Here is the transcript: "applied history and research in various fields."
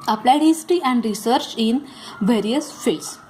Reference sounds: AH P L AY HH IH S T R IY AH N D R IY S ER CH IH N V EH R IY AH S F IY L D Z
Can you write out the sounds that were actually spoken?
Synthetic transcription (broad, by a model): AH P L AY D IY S T IY AH N D R IY S ER CH IH N V EH R IY AH S F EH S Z